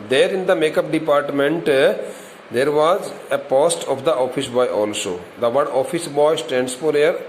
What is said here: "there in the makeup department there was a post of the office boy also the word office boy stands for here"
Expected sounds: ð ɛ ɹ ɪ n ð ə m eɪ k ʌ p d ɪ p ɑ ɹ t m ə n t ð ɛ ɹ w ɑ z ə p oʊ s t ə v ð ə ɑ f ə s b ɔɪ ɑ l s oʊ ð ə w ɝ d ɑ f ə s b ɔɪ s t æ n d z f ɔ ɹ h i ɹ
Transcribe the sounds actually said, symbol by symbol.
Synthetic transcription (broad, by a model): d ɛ ɹ ɪ n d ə m eɪ k ʌ p d ɪ p ɑ ɹ t m ə n t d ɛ ɹ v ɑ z ə p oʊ s t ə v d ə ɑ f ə s b ɔɪ ɑ l s oʊ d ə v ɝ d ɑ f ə s b ɔɪ s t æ n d s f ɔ ɹ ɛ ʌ ɹ